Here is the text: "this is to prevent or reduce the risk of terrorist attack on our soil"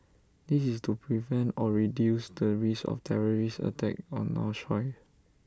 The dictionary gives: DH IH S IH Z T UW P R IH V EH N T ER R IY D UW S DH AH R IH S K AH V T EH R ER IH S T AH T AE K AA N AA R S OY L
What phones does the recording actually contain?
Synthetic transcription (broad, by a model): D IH S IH S T UW P R IH V EH N T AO R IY D UW S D AH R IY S AH F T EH R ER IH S AH T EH K AA N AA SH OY